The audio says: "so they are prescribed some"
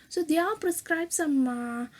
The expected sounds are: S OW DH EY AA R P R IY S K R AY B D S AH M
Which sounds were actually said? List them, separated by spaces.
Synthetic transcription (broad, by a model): S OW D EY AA L P R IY S K R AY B S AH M